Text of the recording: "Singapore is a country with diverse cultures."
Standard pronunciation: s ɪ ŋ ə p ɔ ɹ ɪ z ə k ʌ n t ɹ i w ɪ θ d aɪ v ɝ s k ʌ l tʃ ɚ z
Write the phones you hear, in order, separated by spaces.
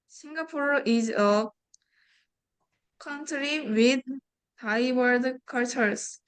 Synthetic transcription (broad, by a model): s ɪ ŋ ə p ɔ ɹ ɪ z ə k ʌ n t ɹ i w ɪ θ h aɪ w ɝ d k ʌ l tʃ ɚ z